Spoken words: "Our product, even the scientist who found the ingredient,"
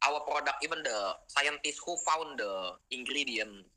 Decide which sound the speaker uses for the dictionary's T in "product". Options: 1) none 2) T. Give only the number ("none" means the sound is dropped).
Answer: 1